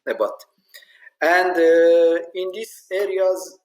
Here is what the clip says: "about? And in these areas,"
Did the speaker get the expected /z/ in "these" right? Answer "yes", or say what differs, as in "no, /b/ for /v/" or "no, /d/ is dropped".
no, /s/ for /z/